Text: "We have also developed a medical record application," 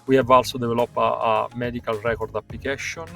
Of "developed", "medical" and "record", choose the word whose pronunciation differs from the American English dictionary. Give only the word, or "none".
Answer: developed